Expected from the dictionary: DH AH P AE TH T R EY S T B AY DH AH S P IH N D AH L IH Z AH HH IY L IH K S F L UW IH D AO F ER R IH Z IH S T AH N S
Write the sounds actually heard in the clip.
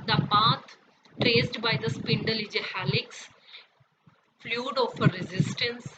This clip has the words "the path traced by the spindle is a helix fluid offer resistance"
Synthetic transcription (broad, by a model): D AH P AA T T R EY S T B AY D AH S P IH N D AH L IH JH AH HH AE L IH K S F L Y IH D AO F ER R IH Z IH S T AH N S